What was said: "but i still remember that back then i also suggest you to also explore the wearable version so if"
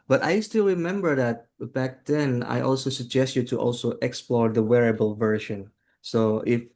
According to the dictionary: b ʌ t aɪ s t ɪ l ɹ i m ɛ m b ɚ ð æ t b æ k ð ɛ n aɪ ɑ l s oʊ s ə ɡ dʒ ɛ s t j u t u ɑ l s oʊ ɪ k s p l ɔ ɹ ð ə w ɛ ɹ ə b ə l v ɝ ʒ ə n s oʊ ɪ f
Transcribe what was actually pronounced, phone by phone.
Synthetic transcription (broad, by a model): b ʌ t aɪ s t ɪ l ɹ i m ɛ m b ɚ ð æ t b æ k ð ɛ n aɪ ɑ l s oʊ s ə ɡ dʒ ɛ s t j u t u ɑ l s oʊ ɪ k s p l ɔ ɹ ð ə w ɛ ɹ ə b ə l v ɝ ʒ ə n s oʊ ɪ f